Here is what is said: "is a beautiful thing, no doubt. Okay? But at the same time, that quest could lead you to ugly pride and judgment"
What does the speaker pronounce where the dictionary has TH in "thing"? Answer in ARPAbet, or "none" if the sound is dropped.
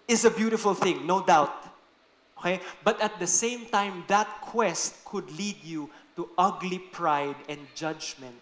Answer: TH